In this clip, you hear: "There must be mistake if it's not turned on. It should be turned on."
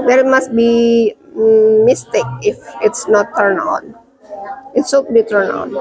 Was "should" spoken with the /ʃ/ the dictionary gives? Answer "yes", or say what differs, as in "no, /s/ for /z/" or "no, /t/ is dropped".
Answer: no, /s/ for /ʃ/